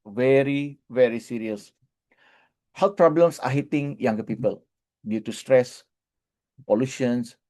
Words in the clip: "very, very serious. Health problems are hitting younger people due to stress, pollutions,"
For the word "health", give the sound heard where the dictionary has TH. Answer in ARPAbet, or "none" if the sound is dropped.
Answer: T